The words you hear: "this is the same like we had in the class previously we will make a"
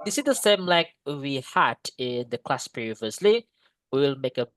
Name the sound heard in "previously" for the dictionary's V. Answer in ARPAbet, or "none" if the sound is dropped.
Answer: V